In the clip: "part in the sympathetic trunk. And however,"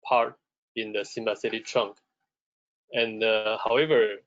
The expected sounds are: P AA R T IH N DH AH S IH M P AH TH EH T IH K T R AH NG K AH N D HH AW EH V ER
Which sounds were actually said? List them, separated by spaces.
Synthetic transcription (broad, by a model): P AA R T IH N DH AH S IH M B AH S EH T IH T R AH NG K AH N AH HH AW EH V ER